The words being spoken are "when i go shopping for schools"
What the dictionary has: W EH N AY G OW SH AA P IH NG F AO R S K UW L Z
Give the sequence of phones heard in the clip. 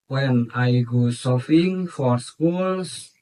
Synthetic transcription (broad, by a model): W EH N AY G OW S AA F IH NG F AO R S K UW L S